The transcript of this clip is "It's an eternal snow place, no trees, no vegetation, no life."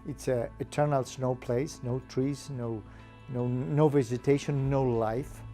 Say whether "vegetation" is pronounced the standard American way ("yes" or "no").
no